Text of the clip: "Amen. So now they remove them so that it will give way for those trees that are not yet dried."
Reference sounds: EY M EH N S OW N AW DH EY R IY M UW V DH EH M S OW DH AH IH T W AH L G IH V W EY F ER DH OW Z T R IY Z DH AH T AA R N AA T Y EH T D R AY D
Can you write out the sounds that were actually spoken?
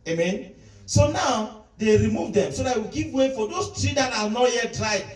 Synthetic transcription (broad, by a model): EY M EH N S OW N AW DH EY R IY M UW V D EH M S OW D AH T W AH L G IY V W EY F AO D OW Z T R IY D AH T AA L N AA T Y EH T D R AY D